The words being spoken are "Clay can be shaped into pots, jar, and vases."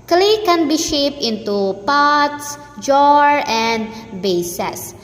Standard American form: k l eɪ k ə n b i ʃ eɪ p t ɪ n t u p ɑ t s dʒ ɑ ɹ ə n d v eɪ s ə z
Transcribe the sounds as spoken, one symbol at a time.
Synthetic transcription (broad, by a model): k l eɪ k ə n b i ʃ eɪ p ɪ n t u p ɑ t s dʒ ɑ ɹ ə n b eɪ s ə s